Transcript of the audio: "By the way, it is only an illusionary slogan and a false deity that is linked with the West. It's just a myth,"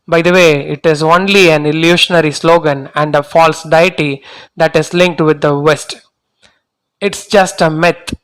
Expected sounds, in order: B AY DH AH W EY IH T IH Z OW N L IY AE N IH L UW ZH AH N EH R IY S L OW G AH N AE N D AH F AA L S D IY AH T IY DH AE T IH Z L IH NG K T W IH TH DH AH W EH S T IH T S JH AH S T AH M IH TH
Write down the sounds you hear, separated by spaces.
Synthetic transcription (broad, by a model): B AY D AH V EY IH T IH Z OW N L IY AE N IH L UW SH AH N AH R IY S L OW G AH N AE N D AH F AA L S D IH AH T IY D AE T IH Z L IH NG K T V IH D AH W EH S T IH T S JH AH S T AH M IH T